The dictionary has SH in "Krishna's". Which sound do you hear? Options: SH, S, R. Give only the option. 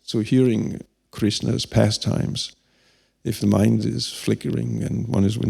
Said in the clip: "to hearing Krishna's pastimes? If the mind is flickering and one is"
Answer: S